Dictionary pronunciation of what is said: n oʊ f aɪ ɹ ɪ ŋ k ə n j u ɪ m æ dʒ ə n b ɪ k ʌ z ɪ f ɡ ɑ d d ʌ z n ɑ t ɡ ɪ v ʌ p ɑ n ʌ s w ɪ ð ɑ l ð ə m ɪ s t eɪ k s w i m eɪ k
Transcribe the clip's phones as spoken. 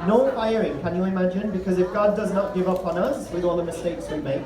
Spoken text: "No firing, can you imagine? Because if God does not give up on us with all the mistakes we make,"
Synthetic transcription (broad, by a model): n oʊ f aɪ ɹ ɪ ŋ k ə n j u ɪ m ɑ dʒ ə n b ɪ k ʌ z ɪ f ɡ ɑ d d ʌ z n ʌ t ɡ ɪ v ʌ p n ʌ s w ɪ ð ɑ l ð ə m ɪ s t eɪ k s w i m eɪ k